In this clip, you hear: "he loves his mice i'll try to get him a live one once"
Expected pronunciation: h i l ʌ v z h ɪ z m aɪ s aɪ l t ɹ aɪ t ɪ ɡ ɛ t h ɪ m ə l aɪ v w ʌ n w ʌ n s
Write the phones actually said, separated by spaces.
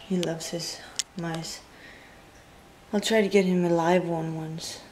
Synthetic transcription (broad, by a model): h i l ʌ v z h ɪ z m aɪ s aɪ l t ɹ aɪ t ɪ ɡ ɛ t h ɪ m ə l aɪ v w ʌ n w ʌ n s